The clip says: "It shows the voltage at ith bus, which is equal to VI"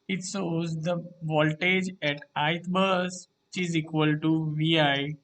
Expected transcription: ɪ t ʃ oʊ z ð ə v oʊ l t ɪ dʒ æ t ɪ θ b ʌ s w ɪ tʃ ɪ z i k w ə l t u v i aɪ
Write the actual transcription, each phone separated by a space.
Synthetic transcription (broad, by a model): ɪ t s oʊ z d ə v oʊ l t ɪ dʒ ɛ t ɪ t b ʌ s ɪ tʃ ɪ z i k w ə l t u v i aɪ